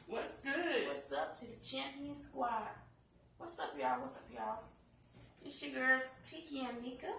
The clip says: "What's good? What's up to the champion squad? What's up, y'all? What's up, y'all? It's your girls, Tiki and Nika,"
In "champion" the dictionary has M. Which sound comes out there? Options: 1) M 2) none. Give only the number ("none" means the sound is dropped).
1